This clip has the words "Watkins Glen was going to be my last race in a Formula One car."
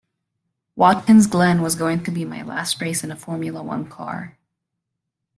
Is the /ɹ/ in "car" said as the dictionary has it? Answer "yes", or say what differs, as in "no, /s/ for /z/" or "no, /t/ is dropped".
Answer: yes